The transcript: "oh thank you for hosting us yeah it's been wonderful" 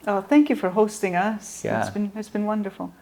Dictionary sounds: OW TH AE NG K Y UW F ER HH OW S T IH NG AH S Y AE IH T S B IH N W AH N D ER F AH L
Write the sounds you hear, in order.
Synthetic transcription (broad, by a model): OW TH AE NG K Y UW F ER HH OW S T IH NG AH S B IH IH T S B IH N W AH N D ER F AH L